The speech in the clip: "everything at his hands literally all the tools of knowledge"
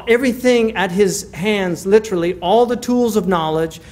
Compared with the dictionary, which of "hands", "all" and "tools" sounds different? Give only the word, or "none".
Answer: none